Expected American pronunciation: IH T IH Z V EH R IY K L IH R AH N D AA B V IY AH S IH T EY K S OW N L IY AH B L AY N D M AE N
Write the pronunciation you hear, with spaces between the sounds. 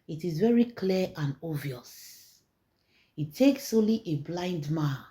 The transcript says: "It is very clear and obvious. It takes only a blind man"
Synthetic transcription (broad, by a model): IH T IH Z V EH R IY K L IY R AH N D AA V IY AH S IH T EY K S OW L IY AH B L AY N D M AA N